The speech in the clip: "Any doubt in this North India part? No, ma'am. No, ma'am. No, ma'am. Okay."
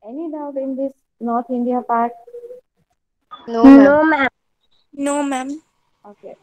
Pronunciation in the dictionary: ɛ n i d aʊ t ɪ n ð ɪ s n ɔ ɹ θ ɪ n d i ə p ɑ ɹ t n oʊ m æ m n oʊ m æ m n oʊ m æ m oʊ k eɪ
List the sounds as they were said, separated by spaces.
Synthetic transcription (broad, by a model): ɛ n i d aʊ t ɪ n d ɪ s n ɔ ɹ t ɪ n d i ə p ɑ ɹ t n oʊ n oʊ m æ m n oʊ m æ m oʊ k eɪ